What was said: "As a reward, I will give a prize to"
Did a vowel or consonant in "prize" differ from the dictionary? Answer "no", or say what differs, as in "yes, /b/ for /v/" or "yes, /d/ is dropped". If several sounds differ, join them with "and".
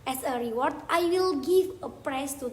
yes, /s/ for /z/